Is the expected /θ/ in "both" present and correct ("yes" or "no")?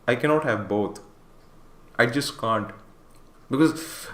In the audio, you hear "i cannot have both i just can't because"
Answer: no